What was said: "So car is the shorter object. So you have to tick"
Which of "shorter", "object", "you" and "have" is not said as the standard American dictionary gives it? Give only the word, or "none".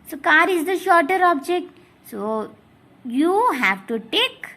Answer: none